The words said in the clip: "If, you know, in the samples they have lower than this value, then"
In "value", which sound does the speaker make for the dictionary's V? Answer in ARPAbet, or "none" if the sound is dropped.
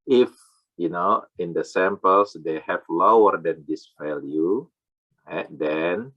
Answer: F